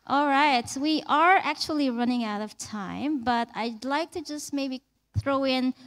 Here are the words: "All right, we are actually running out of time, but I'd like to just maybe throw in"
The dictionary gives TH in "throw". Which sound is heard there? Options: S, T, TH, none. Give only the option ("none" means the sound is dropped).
TH